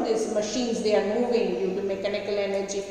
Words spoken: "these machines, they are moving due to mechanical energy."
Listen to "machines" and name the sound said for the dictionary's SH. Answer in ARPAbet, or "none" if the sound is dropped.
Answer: SH